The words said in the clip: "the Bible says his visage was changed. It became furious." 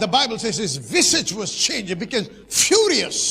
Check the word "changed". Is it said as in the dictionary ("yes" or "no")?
no